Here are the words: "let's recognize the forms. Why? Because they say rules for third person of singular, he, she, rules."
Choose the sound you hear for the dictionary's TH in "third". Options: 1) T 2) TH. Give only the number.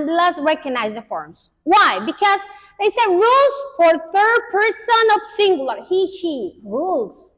2